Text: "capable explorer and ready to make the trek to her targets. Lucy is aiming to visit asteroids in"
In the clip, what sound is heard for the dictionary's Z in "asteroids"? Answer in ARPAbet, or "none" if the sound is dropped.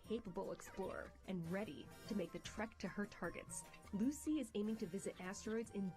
Z